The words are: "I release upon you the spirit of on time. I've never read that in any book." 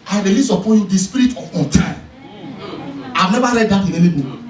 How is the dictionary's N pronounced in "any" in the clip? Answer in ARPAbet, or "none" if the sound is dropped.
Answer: L